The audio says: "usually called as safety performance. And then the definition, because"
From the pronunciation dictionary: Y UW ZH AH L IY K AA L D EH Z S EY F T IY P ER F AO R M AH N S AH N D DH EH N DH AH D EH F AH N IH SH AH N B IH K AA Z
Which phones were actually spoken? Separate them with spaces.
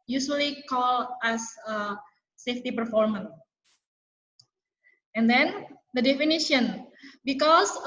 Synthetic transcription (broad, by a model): Y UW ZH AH L IY K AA L EH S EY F T IY P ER F AO R M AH N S AH N D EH N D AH D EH F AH N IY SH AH N B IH K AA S